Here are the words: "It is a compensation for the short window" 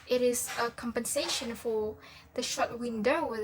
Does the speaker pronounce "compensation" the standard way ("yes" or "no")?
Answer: yes